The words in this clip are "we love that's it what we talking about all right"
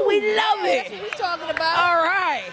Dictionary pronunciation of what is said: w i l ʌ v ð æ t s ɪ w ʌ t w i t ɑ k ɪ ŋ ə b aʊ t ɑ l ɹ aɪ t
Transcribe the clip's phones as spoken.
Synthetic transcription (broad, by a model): w i l ʌ v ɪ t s ɪ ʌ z t ɑ k ɪ ŋ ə b aʊ ɑ l ɹ aɪ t